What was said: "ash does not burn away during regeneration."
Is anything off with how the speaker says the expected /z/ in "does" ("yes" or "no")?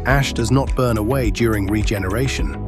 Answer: no